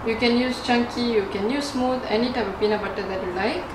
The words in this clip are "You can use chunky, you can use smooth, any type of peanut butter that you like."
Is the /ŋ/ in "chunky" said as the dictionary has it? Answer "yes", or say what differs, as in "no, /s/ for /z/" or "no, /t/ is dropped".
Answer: yes